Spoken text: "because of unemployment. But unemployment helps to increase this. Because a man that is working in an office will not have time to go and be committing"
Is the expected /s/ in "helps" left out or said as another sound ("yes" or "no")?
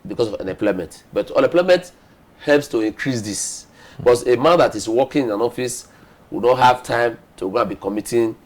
no